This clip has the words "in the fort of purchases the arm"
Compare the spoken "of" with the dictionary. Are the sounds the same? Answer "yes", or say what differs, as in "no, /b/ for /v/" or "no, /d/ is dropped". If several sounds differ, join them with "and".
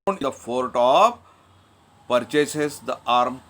no, /p/ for /v/